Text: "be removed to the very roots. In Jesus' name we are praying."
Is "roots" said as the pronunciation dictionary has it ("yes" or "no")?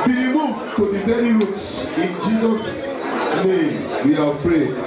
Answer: yes